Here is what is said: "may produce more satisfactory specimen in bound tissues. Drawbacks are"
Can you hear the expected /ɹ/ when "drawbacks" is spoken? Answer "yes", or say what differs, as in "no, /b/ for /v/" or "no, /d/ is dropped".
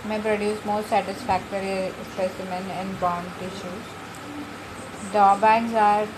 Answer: no, /ɹ/ is dropped